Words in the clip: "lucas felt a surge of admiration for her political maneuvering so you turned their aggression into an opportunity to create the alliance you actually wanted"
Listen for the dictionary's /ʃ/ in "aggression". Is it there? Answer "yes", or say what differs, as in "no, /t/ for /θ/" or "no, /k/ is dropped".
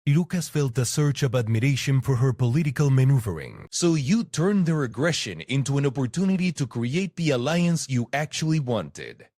yes